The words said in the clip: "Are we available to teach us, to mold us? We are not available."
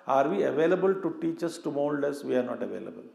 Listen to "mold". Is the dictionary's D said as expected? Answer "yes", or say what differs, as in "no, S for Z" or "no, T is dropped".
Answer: yes